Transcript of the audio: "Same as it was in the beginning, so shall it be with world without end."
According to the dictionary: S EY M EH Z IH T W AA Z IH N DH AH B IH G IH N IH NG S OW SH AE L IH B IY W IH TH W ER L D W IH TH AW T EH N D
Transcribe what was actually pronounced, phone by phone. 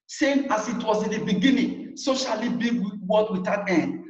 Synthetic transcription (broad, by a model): S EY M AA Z IH T W AA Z IH N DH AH B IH G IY N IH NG S OW SH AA L IH B IY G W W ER D W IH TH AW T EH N